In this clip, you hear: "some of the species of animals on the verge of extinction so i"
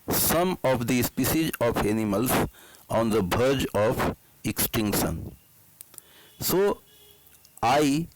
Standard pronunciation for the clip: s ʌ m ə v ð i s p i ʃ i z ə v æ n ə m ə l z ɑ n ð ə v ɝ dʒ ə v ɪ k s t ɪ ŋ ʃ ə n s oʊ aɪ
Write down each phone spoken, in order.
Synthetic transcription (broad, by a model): s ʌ m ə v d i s p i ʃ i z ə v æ n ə m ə l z ɑ n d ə b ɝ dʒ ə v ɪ k s t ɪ ŋ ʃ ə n s oʊ aɪ